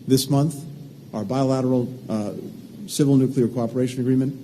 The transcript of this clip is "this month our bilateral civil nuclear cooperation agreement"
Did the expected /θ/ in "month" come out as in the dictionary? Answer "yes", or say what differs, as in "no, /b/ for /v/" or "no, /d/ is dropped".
yes